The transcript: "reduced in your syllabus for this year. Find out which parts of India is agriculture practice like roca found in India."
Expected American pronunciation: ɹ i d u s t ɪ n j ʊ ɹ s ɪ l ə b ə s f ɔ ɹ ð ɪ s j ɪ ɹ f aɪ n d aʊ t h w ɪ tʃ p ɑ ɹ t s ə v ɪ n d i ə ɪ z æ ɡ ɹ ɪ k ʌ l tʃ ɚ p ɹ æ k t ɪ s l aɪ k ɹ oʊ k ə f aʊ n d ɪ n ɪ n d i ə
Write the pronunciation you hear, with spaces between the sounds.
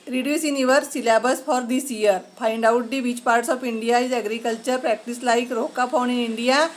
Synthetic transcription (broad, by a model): ɹ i d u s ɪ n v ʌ ɹ s ɪ l ə b ə s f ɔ ɹ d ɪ s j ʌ ɹ p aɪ n d aʊ t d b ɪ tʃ p ɑ ɹ t s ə p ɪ n d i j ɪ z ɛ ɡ ɹ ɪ k ʌ l tʃ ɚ p ɹ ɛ k t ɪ s l aɪ k ɹ oʊ k ə p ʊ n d ɪ n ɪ n d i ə